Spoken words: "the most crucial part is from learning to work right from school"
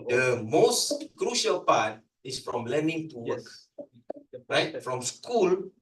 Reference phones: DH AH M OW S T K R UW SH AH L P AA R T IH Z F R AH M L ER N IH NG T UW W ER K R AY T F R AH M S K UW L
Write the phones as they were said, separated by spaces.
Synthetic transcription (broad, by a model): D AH M OW S T K R UW SH AH L P AA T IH S F R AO M L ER N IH NG T UW W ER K R AY T F R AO M S K UW L